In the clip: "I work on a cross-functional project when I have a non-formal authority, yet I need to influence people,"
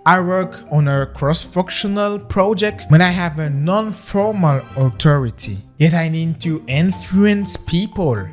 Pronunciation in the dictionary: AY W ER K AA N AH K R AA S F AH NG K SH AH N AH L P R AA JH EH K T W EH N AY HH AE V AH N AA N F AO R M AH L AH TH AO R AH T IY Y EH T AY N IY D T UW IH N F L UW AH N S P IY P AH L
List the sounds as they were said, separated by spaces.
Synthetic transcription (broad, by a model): AY W ER K AA N AH K R AA S F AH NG K SH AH N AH L P R AA JH EH K T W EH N AY HH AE V AH N AA N F AO R M AH L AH T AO R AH T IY Y EH T AY N IY D T UW IH N F L UW AH N S P IY P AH L